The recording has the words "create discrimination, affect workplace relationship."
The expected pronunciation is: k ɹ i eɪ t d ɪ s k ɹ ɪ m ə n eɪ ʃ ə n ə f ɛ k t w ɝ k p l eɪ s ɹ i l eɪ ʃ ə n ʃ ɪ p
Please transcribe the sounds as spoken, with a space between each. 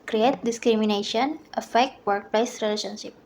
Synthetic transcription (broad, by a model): k ɹ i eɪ t d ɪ s k ɹ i m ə n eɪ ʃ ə n ə f ɛ k t w ɝ k p l eɪ s ɹ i l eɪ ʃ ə n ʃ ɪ p